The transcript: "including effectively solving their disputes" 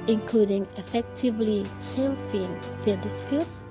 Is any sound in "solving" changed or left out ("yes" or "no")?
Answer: yes